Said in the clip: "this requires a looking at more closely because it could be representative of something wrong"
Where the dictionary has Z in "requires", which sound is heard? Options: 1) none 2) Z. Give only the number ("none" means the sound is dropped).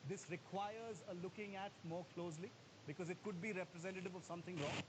2